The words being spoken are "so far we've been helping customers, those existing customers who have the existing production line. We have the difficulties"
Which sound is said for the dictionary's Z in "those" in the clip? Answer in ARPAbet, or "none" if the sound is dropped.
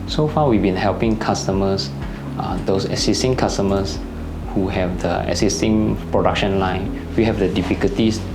S